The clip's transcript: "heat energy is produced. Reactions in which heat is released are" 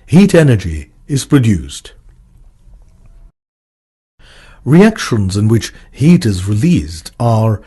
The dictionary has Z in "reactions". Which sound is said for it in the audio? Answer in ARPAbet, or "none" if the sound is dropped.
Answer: Z